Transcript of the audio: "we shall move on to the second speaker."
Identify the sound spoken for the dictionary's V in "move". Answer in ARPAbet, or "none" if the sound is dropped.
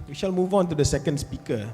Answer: V